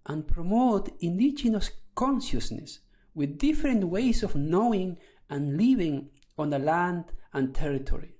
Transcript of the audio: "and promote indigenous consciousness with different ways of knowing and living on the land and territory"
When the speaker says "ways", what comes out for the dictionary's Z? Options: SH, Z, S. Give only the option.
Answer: S